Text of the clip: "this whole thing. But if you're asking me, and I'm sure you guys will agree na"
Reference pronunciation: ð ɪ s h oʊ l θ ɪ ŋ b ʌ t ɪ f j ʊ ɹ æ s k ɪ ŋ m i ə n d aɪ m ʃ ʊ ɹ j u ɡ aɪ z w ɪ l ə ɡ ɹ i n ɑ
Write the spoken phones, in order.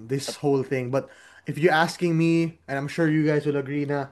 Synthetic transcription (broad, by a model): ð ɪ s h oʊ l θ ɪ ŋ b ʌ t ɪ f j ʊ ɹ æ s k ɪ ŋ m i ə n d aɪ m ʃ ʊ ɹ j u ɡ aɪ s w ɪ l ə ɡ ɹ i n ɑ